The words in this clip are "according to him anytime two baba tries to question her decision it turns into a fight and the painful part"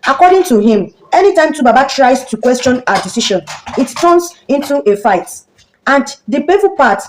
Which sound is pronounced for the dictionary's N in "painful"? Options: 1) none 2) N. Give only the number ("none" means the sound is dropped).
1